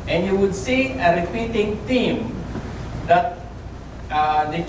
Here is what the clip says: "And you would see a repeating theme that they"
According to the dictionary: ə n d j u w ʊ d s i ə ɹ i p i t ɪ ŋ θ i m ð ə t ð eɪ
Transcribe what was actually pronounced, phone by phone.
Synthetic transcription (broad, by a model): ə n j u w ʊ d s i ə ɹ i p i t ɪ ŋ t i m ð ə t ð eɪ